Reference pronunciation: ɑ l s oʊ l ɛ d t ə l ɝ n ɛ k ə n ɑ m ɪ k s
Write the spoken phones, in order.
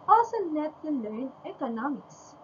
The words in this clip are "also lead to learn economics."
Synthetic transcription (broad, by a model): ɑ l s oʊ n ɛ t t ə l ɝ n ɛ k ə n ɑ m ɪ k s